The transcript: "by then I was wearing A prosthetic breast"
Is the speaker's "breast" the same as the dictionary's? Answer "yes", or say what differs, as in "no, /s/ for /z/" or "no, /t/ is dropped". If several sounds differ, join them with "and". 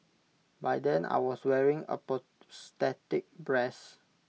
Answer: no, /t/ is dropped